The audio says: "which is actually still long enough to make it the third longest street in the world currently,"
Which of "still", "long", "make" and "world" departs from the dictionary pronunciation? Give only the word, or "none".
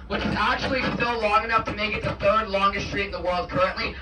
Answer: none